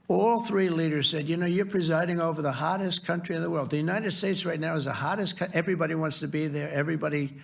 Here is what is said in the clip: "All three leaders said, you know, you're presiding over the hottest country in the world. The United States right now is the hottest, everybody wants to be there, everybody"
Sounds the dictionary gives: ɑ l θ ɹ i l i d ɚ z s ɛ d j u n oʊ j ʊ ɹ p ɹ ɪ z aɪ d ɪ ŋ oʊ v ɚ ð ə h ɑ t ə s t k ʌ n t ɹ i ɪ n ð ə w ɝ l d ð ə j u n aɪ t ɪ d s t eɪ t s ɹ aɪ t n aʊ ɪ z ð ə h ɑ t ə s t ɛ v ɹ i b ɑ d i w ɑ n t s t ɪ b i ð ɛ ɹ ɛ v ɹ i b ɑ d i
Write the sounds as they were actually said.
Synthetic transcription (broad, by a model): ɑ l θ ɹ i l i d ɚ z s ɛ d j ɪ n oʊ j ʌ ɹ p ɹ ɪ z aɪ d ɪ ŋ oʊ v ɚ ð ə h ɑ t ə s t k ʌ n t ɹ i ɪ n ð ə w ɝ l d ð ə j u n aɪ t ɪ d s t eɪ t s ɹ aɪ t n aʊ ɪ z ð ə h ɑ t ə s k ɛ v ɹ i b ɑ d i w ɑ n t s t ɪ b i ð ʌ ɹ ɛ v ɹ i b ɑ d i